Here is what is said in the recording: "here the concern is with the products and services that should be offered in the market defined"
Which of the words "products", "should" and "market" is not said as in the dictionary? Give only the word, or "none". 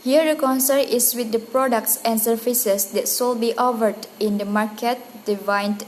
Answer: should